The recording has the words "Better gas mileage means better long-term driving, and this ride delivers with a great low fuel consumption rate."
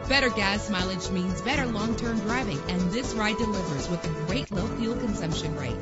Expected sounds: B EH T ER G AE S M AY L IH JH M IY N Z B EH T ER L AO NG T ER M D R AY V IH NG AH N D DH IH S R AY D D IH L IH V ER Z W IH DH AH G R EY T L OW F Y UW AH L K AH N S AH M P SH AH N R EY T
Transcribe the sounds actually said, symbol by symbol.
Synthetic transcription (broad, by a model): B EH T ER G AE S M AY L IH JH M IY N Z B EH T ER L AO NG T ER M D R AY V IH NG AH N DH IH S R AY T D IH L IH V ER Z W IH DH AH G R EY T L OW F Y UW L K AH N S AH M P SH AH N R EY T